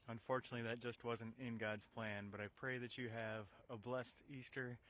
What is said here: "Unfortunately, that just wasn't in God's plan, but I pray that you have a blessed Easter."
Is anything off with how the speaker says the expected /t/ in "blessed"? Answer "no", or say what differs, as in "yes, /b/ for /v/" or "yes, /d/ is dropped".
no